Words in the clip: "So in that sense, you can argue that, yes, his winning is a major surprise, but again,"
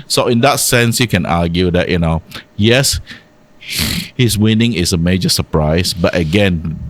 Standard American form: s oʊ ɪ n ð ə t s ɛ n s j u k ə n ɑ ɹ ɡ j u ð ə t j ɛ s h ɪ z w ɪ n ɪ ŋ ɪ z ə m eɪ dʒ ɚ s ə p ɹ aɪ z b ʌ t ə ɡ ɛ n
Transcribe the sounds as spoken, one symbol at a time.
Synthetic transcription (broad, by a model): s oʊ ɪ n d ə t s ɛ n s j u k ə n ɑ ɡ j u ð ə t j ɛ s h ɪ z w ɪ n ɪ ŋ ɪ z ə m eɪ dʒ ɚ s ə p ɹ aɪ s b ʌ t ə ɡ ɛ n